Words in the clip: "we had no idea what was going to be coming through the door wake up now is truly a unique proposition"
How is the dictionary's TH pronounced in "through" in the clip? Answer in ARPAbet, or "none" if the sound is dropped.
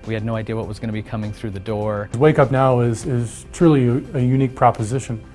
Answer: TH